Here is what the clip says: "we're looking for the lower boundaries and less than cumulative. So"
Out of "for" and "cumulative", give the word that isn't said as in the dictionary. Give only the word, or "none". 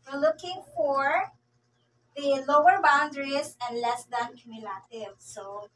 none